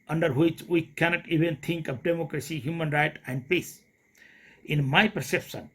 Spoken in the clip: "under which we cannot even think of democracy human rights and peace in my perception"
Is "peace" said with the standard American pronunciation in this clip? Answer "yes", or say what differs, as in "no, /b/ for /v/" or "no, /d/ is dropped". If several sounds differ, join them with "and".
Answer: yes